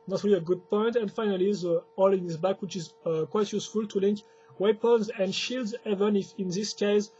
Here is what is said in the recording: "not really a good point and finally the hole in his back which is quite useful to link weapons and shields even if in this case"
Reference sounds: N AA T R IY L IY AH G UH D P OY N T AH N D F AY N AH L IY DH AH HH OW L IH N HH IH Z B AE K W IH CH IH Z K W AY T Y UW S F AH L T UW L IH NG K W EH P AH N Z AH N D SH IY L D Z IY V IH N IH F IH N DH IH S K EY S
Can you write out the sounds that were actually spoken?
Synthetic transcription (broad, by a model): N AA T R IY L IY AH G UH D P OY N T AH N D F AY N AH L IY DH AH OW L IH N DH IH S B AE K W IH CH IH Z K W AY T Y UW S F AH L T UW L IH NG K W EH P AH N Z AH N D SH IY L D Z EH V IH N IH F IH N DH IH S K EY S